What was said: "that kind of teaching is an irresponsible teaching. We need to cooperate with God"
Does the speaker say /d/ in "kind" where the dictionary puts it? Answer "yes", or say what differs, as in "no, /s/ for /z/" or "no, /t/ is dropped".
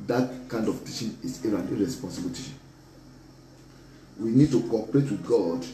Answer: yes